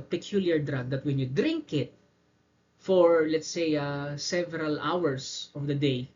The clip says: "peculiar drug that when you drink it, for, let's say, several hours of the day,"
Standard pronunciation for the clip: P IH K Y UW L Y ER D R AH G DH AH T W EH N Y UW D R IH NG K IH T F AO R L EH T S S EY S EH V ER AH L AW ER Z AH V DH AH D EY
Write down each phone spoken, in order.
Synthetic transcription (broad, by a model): P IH K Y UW L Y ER D R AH G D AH T W EH N Y UW D R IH NG K IH T F AO R L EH T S S EY S EH V ER AH L AW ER S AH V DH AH D EY